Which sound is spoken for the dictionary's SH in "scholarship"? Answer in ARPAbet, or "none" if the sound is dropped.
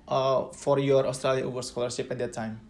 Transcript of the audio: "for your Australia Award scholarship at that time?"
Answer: S